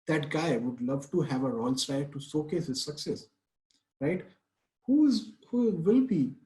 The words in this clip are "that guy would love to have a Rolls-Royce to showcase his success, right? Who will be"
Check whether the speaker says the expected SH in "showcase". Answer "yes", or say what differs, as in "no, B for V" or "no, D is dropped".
no, S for SH